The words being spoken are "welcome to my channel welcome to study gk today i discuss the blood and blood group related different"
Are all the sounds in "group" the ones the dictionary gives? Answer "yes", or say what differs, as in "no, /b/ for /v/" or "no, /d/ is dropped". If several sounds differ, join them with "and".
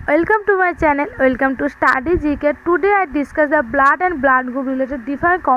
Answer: no, /ɹ/ is dropped